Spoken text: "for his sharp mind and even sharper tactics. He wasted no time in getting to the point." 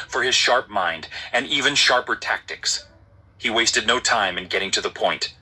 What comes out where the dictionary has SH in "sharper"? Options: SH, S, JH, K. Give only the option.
SH